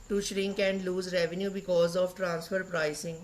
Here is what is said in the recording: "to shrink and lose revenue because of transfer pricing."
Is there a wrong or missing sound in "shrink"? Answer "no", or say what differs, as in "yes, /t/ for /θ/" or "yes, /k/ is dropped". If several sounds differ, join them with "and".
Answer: no